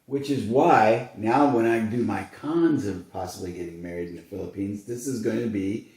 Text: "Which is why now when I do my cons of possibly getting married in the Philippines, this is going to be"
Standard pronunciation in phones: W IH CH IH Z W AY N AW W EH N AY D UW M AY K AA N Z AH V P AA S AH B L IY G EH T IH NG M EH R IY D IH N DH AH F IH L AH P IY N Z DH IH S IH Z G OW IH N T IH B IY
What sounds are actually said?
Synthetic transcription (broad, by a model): W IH CH IH Z W AY N AW W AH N AY D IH M AY K AA N Z AH V P AA S AH B L IY G EH T IH NG M EH R IY D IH N DH AH F IH L AH P IY N Z DH IH S IH Z G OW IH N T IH B IY